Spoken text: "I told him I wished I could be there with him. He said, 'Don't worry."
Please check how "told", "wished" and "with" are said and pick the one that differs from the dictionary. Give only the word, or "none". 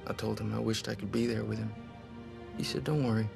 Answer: none